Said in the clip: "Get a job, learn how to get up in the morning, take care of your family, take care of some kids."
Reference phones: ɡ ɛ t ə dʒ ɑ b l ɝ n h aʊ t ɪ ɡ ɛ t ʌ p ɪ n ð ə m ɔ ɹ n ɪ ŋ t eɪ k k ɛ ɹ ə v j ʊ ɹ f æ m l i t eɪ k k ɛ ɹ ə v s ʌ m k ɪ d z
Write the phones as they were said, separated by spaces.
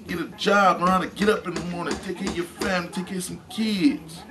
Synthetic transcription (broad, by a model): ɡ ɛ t ə dʒ ɑ b n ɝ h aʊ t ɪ ɡ ɛ t ʌ p ɪ n ð ə m ɔ ɹ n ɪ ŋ t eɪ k k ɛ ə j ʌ ɹ f æ m l i t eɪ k k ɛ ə s ʌ m k ɪ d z